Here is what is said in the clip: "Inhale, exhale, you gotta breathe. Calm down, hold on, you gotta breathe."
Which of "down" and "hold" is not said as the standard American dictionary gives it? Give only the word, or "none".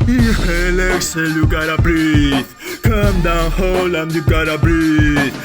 hold